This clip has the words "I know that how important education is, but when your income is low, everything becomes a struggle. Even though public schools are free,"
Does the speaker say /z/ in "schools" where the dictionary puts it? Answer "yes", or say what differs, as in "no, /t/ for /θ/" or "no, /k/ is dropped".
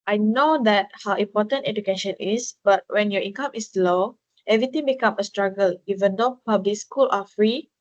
no, /z/ is dropped